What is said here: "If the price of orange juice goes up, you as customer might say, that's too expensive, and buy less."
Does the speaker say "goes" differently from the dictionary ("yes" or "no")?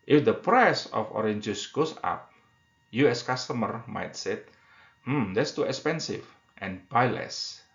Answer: yes